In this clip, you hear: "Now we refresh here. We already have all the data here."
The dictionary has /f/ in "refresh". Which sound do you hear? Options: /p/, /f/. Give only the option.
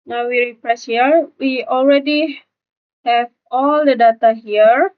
/p/